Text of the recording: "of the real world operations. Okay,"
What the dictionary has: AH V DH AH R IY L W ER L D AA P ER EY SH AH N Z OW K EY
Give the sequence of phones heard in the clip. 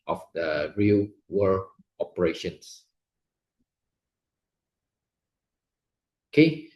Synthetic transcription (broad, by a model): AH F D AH R IY L W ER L AA P ER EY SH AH N S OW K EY